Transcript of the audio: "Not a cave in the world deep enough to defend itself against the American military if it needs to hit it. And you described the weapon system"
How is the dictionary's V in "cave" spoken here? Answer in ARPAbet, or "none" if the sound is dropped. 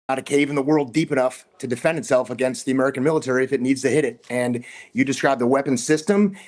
V